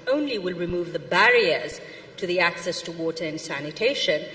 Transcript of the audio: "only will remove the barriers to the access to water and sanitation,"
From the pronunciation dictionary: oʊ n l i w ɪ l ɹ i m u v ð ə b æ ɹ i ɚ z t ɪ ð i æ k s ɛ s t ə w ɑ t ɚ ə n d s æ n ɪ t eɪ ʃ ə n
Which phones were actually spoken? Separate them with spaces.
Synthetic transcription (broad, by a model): oʊ n l i w ɪ l ɹ i m u v ð ə b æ ɹ i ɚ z t ɪ ð i æ k s ɛ s t ə w ɑ t ɚ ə n s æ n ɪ t eɪ ʃ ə n